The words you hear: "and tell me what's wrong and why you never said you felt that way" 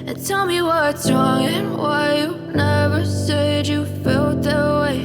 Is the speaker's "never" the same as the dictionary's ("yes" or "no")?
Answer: yes